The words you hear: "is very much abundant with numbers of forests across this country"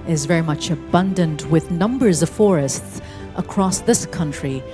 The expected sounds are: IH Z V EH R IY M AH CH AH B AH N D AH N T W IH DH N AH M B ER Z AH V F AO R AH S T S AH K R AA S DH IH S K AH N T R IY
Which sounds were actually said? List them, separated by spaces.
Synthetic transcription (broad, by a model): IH Z V EH R IY M AH CH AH B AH N D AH N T W IH DH N AH M B ER Z AH V F AO R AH S T S AH K R AA S DH IH S K AH N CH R IY